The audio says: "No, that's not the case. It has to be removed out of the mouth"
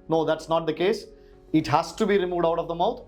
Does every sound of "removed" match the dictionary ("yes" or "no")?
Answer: yes